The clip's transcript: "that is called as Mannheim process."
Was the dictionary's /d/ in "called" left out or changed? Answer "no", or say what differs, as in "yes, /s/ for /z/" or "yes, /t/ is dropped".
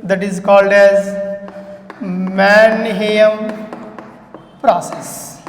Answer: no